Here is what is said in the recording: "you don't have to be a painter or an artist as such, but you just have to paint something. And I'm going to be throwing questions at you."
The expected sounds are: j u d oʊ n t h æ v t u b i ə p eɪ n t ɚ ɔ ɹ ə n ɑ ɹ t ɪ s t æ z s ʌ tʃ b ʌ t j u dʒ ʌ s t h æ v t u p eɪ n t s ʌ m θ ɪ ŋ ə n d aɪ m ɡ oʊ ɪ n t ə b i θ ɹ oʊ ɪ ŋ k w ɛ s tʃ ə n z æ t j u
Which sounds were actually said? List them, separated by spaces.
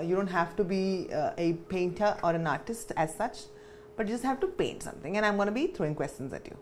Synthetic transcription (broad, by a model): j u d oʊ n t h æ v t u b i ə p eɪ n t ɚ ɔ ɹ ə n ɑ ɹ t ɪ s t æ z s ʌ tʃ b ʌ t j u dʒ ʌ s t h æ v t u p eɪ n t s ʌ m t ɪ ŋ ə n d aɪ m ɡ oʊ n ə b i t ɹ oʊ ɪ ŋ k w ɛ s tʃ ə n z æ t j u